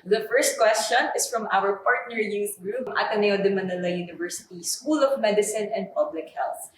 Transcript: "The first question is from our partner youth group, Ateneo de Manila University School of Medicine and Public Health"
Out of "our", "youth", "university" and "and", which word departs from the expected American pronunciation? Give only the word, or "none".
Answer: youth